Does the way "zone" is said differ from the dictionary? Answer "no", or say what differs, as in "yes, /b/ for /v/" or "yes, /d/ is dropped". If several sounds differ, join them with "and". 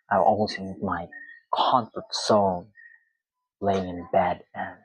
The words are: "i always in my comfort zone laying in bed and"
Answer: yes, /s/ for /z/